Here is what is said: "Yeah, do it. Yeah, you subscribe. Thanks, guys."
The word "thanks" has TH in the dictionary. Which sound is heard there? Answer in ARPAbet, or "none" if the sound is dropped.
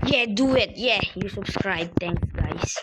T